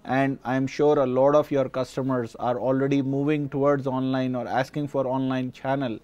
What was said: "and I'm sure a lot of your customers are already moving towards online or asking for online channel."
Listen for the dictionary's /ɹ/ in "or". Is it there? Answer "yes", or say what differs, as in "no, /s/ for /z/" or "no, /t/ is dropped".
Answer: yes